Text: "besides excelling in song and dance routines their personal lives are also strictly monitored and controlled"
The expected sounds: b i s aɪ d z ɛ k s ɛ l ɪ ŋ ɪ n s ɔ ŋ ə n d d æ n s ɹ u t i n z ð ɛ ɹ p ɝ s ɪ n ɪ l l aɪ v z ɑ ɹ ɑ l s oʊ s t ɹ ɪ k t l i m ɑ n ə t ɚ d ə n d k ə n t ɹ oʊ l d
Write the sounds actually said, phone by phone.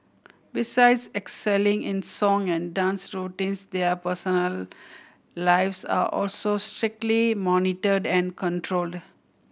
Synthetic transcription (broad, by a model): b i s aɪ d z ɛ k s ɛ l ɪ ŋ ɪ n s ɔ ŋ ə n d d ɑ n s ɹ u t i n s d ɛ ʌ p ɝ s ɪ n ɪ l l aɪ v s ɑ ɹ ɑ l s oʊ s t ɹ ɪ k t l i m ɑ n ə t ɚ d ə n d k ə n t ɹ oʊ l d